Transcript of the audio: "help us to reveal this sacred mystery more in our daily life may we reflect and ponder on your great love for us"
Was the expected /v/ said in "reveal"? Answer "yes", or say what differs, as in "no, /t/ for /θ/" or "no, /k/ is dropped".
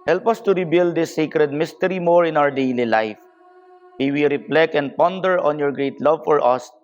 no, /b/ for /v/